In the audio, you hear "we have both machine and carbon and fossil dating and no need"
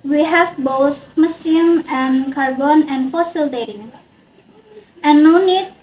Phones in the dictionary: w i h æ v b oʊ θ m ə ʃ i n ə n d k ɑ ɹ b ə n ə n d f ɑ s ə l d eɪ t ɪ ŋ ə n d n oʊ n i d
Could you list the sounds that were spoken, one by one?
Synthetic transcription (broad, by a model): w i h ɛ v b oʊ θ m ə s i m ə n k ɑ ɹ b ə n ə n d f ɑ s ə l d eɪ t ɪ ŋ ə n n oʊ n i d